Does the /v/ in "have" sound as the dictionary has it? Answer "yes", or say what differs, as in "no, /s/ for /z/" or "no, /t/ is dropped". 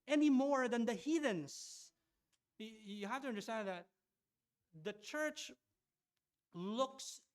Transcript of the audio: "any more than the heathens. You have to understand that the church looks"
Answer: no, /f/ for /v/